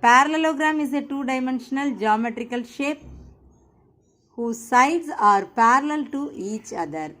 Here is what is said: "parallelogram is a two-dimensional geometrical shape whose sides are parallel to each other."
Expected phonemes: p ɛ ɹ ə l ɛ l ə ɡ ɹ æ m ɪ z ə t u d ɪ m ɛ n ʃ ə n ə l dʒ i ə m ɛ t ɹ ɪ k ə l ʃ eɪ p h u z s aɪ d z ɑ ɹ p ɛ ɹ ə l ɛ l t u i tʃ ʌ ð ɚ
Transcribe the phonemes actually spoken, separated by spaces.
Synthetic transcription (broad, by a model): p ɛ ɹ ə l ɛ l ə ɡ ɹ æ m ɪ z ə t u d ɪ m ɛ n ʃ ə n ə l dʒ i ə m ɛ t ɹ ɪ k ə l ʃ eɪ p h u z s aɪ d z ɑ ɹ p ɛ ɹ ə l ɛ l t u i tʃ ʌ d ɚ